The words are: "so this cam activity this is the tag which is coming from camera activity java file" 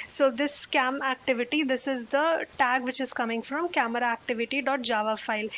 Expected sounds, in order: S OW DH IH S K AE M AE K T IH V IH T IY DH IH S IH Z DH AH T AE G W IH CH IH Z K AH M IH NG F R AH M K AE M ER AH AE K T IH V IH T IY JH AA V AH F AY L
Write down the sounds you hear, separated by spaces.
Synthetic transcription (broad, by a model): S OW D IH S K AE M AE K T IH V IH T IY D IH S IH Z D AH T AE G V IH CH IH Z K AH M IH NG F R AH M K AE M ER AH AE K T IH V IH T IY JH AA V AH F AY L